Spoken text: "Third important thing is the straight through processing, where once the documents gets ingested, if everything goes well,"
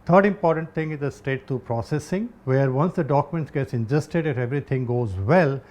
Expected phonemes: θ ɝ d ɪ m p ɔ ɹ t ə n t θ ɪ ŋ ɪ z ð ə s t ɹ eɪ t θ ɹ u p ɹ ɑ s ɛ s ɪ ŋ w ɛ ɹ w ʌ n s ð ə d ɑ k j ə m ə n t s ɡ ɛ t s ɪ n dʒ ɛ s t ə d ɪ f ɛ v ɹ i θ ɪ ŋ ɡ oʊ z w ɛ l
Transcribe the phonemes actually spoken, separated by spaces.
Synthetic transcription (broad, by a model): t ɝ d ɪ m p ɔ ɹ t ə n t t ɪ ŋ ɪ z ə s t eɪ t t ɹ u p ɹ ɑ s ɛ s ɪ ŋ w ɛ ɹ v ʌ n s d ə d ɑ k j ə m ə n t s ɡ ɛ t s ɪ n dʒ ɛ s t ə d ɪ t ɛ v ɹ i t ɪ ŋ ɡ oʊ z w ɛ l